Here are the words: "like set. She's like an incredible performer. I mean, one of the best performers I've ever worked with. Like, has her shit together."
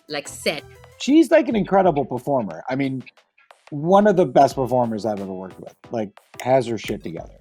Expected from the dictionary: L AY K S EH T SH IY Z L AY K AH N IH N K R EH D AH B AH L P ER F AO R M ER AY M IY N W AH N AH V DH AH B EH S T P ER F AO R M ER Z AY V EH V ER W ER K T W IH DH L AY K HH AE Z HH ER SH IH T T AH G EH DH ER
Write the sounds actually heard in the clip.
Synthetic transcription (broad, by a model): L AY K S EH T SH IY Z L AY K AH N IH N K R EH D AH B L P ER F AO R M ER AY M IY N W AH N AH V DH AH B EH S T P ER F AO R M ER Z AY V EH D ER W ER K W IH DH L AY K HH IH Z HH ER SH IH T T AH G EH DH ER